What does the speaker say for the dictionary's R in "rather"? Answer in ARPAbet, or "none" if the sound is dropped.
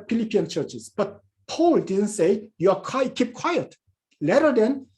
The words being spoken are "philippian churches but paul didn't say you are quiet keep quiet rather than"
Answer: L